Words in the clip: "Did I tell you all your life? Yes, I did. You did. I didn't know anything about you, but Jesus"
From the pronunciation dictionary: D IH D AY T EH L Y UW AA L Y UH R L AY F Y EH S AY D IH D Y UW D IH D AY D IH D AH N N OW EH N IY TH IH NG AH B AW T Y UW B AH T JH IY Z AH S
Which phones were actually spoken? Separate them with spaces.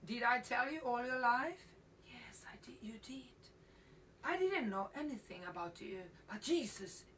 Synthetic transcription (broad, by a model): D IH D AY T EH L Y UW AA L Y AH R L AY F Y EH S AY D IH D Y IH D IH D AY D IH D N N OW EH N IY TH IH NG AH B AW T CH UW B AH T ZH IY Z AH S